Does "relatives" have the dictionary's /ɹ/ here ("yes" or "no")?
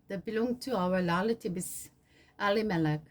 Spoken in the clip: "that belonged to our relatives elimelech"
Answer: no